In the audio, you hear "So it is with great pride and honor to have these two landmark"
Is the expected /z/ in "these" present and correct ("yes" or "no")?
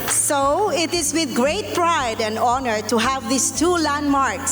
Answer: no